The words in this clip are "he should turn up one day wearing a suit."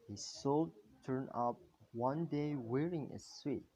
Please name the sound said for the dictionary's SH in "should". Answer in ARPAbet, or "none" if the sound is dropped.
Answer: S